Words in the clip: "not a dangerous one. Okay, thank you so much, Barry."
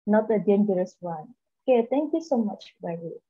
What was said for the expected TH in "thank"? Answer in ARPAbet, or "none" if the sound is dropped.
T